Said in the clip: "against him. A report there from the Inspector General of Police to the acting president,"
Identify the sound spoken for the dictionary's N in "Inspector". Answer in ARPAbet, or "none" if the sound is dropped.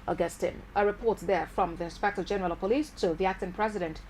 N